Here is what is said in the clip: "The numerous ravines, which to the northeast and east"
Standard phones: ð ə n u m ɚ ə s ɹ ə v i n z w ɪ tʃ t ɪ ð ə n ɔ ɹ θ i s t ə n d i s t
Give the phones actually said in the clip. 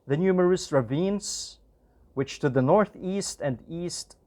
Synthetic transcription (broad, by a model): ð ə n u m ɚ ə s ɹ ə v i n z w ɪ tʃ t ɪ ð ə n ɔ ɹ θ i s t ə n d i s t